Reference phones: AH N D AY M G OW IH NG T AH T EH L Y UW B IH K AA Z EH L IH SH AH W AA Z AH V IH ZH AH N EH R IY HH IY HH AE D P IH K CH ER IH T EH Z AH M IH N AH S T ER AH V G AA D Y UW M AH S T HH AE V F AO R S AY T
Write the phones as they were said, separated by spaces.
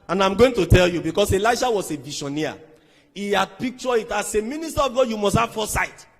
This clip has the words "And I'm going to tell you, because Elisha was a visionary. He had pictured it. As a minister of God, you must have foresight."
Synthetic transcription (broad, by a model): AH N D AY M G OW IH NG T AH T EH L Y UW B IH K AA S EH L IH SH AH W AA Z AH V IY SH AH N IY IY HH IY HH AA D P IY K CH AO IH T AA S AH M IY N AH S T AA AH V G AA D Y UW M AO S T HH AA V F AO S AY T